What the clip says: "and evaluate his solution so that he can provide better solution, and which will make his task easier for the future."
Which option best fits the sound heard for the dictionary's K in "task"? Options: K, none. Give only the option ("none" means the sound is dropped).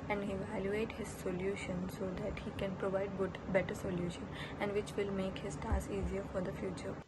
none